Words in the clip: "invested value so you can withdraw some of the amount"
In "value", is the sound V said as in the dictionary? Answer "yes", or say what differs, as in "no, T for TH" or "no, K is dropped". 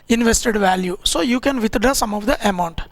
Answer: yes